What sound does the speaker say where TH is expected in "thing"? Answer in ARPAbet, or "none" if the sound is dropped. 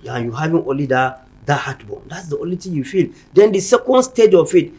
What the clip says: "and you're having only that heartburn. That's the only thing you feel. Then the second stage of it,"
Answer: T